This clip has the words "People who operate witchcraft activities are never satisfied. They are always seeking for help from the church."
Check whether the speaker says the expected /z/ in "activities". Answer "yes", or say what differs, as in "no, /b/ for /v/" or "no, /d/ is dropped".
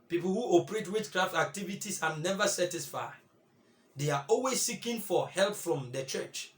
no, /s/ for /z/